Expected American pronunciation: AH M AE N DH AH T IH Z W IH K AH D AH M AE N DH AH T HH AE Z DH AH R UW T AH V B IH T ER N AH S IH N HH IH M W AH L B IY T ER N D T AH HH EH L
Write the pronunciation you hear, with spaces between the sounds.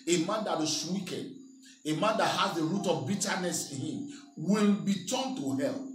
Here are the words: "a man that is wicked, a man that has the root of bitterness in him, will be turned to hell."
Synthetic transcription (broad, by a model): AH M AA N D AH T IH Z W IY K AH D AH M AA N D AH T HH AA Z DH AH R UW T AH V B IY T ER N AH S IH N HH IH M W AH N B IY T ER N T AH HH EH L